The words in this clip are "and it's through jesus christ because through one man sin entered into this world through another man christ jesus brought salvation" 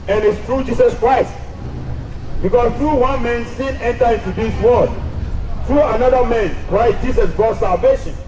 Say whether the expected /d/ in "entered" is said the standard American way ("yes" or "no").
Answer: no